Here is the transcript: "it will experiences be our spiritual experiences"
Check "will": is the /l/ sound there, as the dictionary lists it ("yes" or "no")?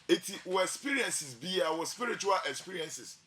no